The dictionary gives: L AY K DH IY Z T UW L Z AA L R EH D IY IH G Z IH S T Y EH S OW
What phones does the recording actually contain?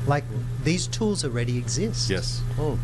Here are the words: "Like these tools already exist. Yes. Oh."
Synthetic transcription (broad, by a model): L AY K DH IY Z T UW L Z AA L R EH D IY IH G Z IH S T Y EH S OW